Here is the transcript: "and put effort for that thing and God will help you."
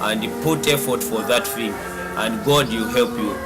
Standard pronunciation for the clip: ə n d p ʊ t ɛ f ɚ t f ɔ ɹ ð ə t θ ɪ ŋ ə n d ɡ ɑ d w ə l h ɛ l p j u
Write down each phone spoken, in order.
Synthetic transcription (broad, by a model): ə n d p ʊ t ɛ f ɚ t f ɔ ɹ ð ə t f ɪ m ə n d ɡ ɑ d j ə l h ɛ l p j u